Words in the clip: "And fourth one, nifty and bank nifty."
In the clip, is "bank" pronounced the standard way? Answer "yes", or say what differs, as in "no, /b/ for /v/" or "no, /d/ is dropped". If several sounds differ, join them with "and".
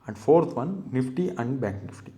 no, /ŋ/ is dropped